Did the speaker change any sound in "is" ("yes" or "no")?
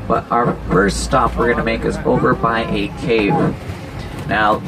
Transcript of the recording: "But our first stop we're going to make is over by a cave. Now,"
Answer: yes